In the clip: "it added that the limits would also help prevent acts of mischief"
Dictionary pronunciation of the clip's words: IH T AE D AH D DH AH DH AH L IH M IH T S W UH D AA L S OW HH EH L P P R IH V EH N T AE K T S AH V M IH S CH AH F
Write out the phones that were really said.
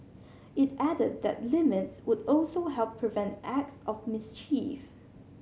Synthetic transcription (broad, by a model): IH T AE D AH D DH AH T L IH M IH T S W UH D AA L S OW HH EH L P P R IH V EH N T AE K T S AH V M IH S CH AH F